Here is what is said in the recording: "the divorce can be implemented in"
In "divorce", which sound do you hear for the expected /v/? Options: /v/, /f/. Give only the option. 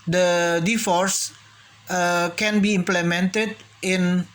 /f/